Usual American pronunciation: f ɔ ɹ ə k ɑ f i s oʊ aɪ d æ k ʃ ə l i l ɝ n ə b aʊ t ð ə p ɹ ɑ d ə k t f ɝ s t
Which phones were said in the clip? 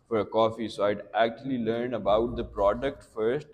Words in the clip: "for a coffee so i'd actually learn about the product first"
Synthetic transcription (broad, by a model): f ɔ ɹ ə k ɑ f i s oʊ aɪ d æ k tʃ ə l i l ɝ n ə b aʊ t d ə p ɹ ɑ d ə k t f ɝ s t